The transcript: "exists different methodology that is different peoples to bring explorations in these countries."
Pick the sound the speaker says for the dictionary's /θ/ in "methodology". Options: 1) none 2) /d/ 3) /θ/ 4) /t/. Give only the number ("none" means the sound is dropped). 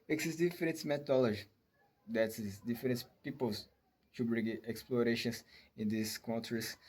4